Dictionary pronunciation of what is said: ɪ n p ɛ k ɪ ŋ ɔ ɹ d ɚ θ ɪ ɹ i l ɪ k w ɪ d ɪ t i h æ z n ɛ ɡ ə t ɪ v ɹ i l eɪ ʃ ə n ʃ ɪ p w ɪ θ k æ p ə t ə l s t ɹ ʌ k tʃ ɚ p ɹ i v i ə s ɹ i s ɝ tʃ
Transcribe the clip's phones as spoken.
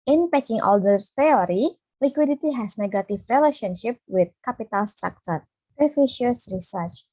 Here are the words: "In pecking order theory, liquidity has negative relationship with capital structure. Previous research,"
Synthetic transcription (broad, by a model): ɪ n p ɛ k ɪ ŋ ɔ l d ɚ s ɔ ɹ i l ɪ k w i d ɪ t i h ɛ s n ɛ ɡ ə t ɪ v ɹ i l eɪ ʃ ə n ʃ ɪ p w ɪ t k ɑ p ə t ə l s t ɹ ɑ k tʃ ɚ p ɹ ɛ f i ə s ɹ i s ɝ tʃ